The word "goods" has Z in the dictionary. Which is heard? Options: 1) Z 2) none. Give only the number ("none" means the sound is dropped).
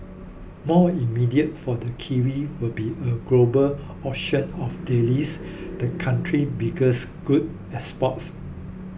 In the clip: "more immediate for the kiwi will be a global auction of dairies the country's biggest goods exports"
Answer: 2